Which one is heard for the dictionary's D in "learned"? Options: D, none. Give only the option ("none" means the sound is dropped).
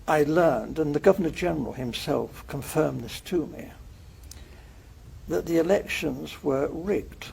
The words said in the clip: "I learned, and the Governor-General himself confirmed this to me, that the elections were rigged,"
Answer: D